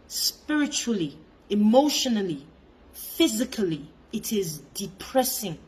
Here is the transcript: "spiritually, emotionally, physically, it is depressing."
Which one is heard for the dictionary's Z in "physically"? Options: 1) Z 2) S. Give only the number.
1